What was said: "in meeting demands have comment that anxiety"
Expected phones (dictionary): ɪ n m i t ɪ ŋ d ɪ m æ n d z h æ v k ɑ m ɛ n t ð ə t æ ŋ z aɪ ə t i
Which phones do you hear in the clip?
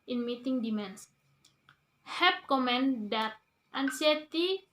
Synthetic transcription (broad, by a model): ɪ n m i t ɪ ŋ d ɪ m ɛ n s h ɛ p k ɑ m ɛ n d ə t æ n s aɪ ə t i